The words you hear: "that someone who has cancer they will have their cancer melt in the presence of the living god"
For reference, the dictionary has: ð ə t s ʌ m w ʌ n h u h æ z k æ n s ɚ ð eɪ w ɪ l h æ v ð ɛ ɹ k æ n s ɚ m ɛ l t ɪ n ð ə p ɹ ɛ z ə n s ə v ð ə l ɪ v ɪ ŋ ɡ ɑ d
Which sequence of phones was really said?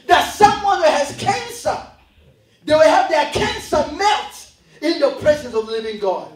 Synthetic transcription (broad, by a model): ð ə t s ʌ m w ʌ n h u h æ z k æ n s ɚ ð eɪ w ɪ l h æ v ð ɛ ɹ k æ n s ɚ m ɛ t ɪ n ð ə p ɹ ɛ z ə n s ə v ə l ɪ v ɪ ŋ ɡ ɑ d